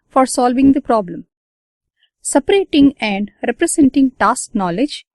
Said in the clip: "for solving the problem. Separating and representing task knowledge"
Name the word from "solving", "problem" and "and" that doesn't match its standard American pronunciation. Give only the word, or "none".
none